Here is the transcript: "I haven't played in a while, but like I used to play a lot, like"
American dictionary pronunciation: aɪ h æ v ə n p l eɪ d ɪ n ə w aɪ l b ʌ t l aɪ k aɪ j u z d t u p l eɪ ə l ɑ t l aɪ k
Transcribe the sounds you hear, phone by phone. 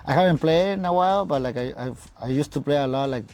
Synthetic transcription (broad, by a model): aɪ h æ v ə n p l eɪ ɪ n ə w aɪ l b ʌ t l aɪ k aɪ j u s t u p l eɪ ə l ɑ t l aɪ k